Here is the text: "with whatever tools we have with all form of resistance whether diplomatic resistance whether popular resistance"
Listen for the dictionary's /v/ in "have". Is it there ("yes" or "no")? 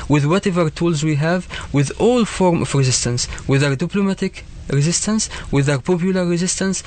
yes